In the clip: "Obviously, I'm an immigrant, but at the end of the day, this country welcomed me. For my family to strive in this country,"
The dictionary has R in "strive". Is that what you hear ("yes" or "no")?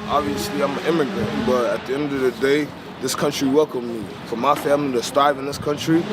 no